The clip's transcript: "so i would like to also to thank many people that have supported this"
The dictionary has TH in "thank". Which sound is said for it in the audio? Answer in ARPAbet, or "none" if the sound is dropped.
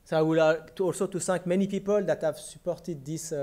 S